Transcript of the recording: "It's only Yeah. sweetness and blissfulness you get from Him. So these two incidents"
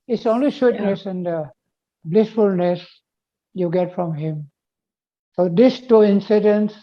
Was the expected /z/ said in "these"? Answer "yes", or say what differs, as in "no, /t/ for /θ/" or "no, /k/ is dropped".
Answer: no, /s/ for /z/